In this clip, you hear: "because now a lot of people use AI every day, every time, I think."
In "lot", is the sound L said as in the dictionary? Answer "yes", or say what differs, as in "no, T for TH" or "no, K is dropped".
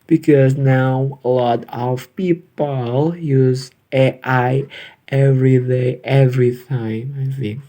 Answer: yes